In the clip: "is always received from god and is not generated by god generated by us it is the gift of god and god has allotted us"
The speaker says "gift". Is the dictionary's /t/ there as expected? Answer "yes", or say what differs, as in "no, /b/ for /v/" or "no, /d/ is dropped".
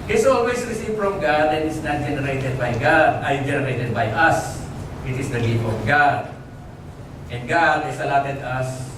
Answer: no, /t/ is dropped